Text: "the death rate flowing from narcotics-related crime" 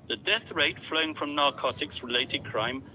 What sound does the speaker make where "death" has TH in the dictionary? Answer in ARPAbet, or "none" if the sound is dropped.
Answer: TH